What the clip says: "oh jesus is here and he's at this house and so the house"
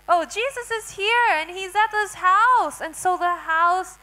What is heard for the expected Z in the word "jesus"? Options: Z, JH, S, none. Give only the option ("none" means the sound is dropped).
Z